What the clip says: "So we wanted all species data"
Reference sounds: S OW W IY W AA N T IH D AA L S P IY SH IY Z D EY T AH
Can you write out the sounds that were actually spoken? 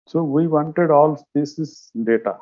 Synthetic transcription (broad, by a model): S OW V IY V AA N T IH D AA L S P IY S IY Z D EY T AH